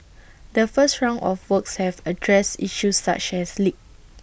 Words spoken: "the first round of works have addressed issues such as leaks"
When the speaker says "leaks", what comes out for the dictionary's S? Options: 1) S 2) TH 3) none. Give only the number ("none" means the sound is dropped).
3